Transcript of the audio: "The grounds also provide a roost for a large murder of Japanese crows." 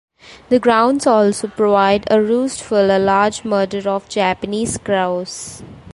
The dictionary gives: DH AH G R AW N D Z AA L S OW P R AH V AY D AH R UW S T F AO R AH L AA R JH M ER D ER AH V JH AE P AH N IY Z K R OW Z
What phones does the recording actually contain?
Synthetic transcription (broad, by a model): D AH G R AW N D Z AA L S OW P R AH V AY D AH R UW S T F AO L AH L AA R JH M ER D ER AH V JH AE P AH N IY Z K R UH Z